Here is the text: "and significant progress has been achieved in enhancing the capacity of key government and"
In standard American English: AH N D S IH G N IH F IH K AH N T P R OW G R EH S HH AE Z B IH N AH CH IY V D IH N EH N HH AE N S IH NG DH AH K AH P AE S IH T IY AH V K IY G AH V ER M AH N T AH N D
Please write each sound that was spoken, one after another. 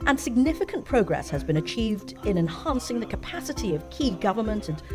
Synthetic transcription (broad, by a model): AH N S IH G N IH F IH K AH N P R OW G R EH S HH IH Z B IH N AH CH IY V D IH N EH N HH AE N S IH NG DH AH K AH P AE S IH T IY AH V K IY G AH V ER M AH N T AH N